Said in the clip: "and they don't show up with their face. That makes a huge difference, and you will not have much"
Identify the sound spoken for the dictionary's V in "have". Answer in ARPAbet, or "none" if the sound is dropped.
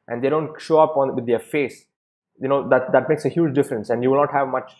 V